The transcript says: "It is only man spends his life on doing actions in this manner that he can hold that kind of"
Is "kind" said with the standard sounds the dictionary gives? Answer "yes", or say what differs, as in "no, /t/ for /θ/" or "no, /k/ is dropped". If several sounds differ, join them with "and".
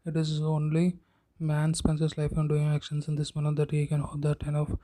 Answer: no, /d/ is dropped